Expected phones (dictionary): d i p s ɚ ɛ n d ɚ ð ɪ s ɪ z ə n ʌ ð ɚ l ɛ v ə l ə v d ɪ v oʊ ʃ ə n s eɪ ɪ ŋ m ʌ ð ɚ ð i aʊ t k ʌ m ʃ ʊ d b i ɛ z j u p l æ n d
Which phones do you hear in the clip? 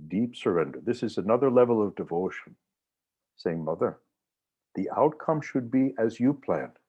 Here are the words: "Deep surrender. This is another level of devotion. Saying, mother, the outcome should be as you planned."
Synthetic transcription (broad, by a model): d i p s ɚ ɛ n d ɚ ð ɪ s ɪ z ə n ʌ ð ɚ l ɛ v l ə v d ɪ v oʊ ʃ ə n s eɪ ɪ ŋ m ʌ ð ɚ ð i aʊ t k ʌ m ʃ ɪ d b i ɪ z j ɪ p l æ n